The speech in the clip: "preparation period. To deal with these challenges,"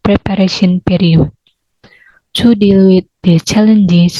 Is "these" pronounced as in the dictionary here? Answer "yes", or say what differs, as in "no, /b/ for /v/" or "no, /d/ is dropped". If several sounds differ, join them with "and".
no, /z/ is dropped